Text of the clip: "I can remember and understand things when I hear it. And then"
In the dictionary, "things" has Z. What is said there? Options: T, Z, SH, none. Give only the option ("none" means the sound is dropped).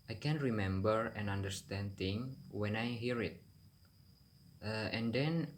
none